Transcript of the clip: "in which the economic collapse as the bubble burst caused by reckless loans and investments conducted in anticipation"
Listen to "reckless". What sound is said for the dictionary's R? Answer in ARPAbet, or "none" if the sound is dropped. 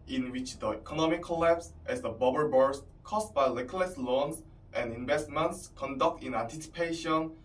L